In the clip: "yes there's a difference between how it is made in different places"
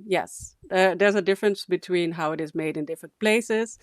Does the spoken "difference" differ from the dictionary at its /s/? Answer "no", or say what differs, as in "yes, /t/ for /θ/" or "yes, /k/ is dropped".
no